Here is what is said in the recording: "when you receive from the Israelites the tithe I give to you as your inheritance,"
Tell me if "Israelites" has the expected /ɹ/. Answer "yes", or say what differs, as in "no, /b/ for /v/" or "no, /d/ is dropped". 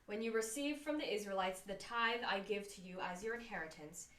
yes